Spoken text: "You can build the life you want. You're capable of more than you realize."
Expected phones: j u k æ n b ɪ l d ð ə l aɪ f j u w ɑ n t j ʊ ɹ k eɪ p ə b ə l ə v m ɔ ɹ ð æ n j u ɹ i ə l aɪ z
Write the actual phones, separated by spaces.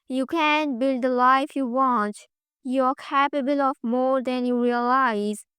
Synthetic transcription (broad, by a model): j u k æ n b ɪ l d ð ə l aɪ f j u w ɑ n t j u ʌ k eɪ p ə b ə l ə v m ɔ ɹ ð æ n j u ɹ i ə l aɪ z